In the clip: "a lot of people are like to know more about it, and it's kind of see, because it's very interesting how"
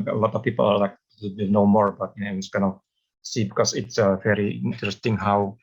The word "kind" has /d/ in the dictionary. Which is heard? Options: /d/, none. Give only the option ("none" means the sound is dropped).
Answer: none